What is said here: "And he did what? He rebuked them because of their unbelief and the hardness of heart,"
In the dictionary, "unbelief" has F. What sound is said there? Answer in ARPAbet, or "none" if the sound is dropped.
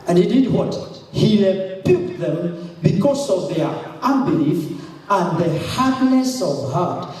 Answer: F